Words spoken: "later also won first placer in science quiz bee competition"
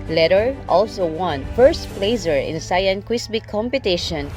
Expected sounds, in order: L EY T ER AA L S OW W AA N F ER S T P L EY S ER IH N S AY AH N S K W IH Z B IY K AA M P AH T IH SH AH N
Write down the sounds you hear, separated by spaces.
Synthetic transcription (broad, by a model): L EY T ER AA L S OW W AA N F ER S T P L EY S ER IH N S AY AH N K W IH S B IY K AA M P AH T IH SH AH N